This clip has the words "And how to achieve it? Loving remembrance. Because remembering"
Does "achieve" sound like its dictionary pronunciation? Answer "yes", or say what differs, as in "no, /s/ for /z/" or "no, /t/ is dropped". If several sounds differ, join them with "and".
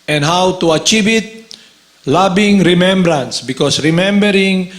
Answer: yes